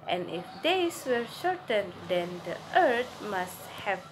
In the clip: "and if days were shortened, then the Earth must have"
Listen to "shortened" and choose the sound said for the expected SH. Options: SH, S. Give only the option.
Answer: SH